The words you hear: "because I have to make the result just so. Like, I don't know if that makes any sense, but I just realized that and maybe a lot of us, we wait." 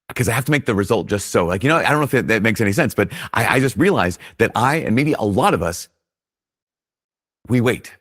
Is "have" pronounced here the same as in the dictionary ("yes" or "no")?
no